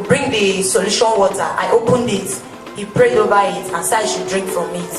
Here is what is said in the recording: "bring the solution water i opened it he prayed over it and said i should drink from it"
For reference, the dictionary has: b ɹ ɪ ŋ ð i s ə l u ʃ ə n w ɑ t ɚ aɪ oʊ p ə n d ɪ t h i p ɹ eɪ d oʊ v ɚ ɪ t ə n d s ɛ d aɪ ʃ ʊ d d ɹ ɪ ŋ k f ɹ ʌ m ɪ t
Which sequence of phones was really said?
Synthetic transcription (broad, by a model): b ɹ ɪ ŋ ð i s ə l u ʃ ə n w ɑ t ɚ aɪ oʊ p ə n d ɪ t h i p ɹ eɪ d oʊ v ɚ ɪ t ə n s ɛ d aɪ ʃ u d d ɹ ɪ ŋ k f ɹ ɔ m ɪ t